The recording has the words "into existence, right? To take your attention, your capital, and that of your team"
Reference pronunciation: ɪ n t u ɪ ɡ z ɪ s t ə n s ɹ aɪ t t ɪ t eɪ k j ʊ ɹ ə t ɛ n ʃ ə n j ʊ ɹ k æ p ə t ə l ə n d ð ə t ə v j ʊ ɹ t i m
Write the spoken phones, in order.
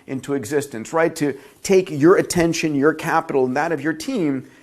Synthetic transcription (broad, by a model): ɪ n t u ɪ ɡ z ɪ s t ə n s ɹ aɪ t t ɪ t eɪ k j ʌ ɹ ə t ɛ n ʃ ə n j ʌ ɹ k æ p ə t l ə n ð ə t ə v j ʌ ɹ t i m